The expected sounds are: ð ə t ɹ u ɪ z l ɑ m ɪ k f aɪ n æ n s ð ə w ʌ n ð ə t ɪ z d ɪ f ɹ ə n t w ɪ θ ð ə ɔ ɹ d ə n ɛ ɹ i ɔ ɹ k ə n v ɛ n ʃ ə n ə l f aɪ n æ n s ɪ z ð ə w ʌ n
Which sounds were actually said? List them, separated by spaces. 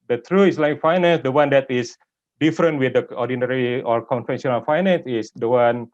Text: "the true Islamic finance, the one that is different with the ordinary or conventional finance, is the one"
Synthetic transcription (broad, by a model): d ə t ɹ u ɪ s l ɑ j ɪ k f aɪ n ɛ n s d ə w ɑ n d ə t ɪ s d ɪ f ɹ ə n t w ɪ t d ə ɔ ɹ d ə n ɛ ɹ i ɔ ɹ k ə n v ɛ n s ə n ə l f aɪ n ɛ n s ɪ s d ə w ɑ n